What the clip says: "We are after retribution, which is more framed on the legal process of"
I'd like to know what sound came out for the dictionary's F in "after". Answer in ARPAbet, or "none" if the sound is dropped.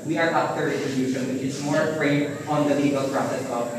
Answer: P